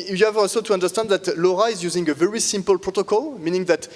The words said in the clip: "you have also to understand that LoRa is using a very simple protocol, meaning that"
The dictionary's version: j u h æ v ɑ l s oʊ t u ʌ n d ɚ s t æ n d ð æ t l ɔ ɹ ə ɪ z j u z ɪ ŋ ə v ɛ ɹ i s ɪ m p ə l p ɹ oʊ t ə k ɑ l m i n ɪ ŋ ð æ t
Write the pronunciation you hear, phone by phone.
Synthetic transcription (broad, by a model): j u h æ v ɑ l s oʊ t u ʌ n d ɚ s t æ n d ð æ t l ɔ ɹ ə ɪ z j u z ɪ ŋ ə v ɛ ɹ i s ɪ m p ə l p ɹ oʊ t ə k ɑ l m i n ɪ ŋ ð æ t